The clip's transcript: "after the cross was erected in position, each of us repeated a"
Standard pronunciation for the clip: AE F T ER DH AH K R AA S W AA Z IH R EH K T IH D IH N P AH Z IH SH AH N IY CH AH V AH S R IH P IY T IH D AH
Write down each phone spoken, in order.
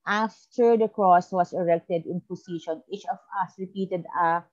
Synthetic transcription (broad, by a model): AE F T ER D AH K R AA S W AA S IH R EH K T IH D IH N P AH S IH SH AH N IY CH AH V AH S R IH P IY T IH D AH